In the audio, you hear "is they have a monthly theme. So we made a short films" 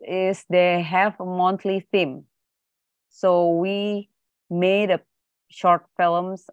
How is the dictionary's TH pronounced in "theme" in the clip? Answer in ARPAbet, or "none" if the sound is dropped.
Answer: F